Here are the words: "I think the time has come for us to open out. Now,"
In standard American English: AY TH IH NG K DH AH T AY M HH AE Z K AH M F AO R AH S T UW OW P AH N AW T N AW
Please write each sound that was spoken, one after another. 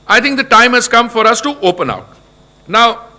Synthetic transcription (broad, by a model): AY T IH NG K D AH T AY M HH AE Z K AH M F AO R AH S T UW OW P AH N AW T N AW